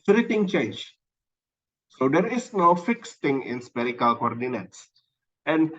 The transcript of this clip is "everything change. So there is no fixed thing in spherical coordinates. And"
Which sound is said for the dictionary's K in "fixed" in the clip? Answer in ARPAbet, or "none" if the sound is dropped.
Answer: K